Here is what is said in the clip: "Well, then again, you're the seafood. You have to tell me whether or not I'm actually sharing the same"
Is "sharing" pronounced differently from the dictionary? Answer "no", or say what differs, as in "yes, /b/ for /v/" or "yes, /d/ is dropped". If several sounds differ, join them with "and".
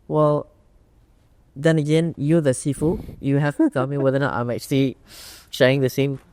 yes, /ɹ/ is dropped